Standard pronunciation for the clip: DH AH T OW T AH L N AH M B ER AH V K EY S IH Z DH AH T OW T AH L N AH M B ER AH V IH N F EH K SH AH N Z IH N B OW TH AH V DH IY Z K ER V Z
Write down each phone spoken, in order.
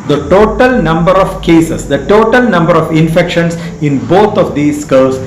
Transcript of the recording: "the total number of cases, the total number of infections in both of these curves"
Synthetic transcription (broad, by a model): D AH T OW T AH L N AH M B ER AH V K EY S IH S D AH T OW T AH L N AH M B ER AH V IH N F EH K SH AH N S IH N B OW T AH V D IY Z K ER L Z